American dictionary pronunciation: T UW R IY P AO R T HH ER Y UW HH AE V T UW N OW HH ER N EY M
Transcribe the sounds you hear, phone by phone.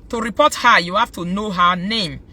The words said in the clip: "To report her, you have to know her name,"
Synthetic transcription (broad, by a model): T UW R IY P AO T HH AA Y UW HH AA F T UW N OW HH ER N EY M